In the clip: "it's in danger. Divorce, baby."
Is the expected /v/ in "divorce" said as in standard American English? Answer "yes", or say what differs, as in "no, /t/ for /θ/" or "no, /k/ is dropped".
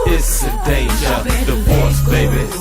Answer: no, /b/ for /v/